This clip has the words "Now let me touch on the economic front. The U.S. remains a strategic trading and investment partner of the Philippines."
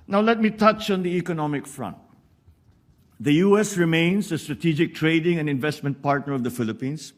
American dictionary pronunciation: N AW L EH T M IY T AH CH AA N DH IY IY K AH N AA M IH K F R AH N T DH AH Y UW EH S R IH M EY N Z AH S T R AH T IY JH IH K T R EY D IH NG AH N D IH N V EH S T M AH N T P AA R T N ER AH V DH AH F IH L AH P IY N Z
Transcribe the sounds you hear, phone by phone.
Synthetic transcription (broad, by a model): N AW L EH T M IY T AH CH AA N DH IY IY K AH N AA M IH K F R AH N T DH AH Y UW EH S R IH M EY N S AH S T R AH T IY JH IH K T R EY D IH NG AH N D IH N V EH S T M AH N T P AA R T N ER AH V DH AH F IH L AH P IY N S